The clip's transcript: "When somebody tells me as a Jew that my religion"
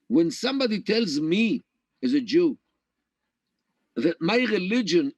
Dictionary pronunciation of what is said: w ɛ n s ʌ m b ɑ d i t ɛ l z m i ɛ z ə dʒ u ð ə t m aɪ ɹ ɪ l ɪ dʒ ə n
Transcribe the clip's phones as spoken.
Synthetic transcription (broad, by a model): w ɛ n s ʌ m b ɑ d i t ɛ l z m i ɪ z ə dʒ u ð ə t m aɪ ɹ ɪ l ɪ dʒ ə n